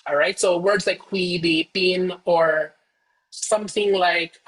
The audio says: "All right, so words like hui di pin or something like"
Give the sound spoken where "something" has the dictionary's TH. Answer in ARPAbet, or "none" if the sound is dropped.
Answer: TH